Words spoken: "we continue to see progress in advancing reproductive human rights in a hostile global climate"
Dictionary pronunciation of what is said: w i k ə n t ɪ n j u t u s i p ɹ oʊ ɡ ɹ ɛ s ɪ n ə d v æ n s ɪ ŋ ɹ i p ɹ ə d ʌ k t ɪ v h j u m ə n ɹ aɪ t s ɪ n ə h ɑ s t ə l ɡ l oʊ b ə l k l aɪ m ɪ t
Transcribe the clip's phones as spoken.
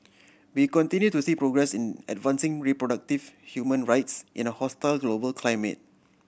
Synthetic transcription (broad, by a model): w i k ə n t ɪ n j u t u s i p ɹ oʊ ɡ ɹ ɛ s ɪ n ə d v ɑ n s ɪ ŋ ɹ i p ɹ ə d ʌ k t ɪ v h j u m ə n ɹ aɪ t s ɪ n ə h ɑ s t ə l ɡ l oʊ b ə l k l aɪ m ɪ t